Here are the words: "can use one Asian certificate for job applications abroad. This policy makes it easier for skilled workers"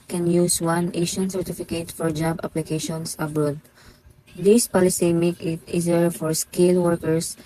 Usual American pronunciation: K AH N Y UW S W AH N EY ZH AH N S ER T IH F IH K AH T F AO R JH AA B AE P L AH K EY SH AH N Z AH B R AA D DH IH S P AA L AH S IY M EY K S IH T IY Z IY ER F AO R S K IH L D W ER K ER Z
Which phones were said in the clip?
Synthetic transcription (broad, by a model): K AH N Y UW S W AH N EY SH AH N S ER T IH F IH K AH T F AO R JH AA B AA P L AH K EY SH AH N S AH B R AA D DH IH S P AA L AH S IY M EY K IH T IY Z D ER F AO R S K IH L W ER K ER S